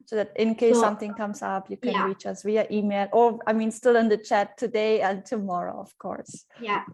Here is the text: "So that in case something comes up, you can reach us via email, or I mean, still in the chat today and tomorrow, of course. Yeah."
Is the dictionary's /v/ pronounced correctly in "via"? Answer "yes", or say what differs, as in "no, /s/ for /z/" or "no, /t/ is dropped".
no, /w/ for /v/